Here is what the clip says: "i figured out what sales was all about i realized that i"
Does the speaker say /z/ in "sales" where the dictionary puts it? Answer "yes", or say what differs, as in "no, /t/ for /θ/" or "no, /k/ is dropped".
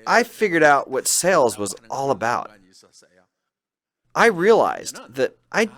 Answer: yes